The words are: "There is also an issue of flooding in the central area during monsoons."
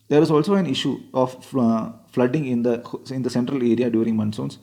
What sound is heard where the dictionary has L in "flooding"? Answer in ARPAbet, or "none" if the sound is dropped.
L